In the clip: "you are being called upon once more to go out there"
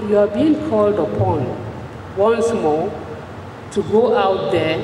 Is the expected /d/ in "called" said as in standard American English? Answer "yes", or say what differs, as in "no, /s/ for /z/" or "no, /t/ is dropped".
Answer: yes